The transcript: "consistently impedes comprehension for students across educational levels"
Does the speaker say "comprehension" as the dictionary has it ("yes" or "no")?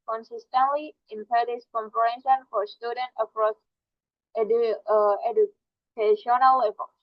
no